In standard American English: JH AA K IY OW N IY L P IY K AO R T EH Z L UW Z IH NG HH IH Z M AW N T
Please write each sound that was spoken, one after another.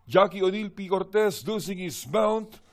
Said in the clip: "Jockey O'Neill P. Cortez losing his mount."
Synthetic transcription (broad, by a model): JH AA K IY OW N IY L P IY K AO R T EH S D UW S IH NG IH S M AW N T